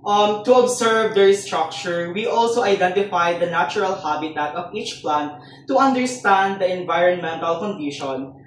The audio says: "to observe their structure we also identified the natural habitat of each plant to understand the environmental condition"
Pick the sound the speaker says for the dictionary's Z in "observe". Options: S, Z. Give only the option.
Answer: S